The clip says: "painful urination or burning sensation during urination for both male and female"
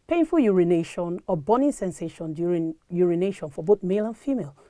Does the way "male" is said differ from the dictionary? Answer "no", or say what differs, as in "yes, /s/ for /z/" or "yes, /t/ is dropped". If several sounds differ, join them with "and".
no